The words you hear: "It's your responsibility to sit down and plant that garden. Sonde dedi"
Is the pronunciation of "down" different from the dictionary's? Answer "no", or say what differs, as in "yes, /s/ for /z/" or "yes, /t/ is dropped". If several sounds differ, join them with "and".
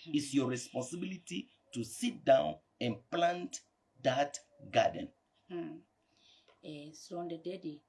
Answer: no